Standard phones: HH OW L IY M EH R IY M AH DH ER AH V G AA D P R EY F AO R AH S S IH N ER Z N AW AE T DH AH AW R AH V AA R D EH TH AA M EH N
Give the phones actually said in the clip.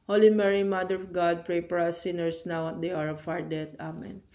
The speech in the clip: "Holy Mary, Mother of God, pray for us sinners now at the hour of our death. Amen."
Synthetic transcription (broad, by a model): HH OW L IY M EH R IY M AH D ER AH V G AA D P R EY P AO R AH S S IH N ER S N AW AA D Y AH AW R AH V AA R D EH T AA M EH N